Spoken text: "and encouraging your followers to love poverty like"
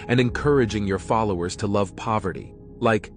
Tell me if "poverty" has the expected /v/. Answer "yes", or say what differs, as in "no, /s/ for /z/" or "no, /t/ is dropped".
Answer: yes